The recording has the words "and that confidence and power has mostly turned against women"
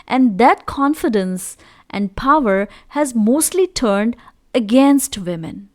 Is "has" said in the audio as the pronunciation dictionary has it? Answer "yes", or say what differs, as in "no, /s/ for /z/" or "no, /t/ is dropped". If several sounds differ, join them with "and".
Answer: yes